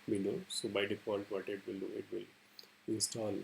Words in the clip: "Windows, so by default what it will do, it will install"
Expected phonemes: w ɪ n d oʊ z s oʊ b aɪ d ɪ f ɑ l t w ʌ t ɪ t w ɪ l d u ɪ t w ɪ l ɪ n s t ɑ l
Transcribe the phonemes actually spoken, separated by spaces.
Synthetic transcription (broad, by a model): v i n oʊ s oʊ b aɪ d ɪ p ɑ n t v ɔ t ɪ t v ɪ l d u ɪ t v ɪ l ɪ n s t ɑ l